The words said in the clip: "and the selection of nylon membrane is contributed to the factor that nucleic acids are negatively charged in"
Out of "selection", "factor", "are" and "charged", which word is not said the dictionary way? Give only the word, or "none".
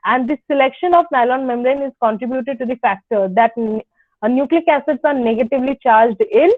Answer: none